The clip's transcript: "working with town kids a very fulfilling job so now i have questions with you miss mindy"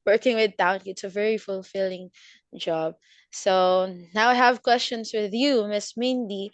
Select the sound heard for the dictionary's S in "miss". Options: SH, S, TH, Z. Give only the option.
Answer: S